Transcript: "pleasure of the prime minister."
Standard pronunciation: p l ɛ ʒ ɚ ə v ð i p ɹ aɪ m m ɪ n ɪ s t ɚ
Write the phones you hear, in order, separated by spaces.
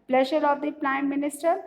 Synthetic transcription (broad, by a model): p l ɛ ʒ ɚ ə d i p l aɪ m m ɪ n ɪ s t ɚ